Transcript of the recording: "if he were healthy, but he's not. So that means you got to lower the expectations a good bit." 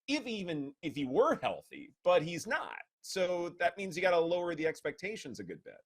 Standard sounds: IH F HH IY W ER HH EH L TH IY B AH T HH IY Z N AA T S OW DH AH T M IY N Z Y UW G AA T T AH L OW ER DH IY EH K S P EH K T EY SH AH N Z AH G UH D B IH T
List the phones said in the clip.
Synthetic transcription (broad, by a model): IH F HH IY W ER HH EH L TH IY B AH T HH IY Z N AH T S OW DH AH T M IY N Z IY G AA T T AH L OW ER DH IY EH K S P EH K T EY SH AH N Z AH G UH D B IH T